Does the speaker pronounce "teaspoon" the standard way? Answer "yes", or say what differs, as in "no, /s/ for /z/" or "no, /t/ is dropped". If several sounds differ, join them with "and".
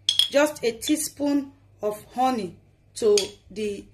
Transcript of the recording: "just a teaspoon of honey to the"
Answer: yes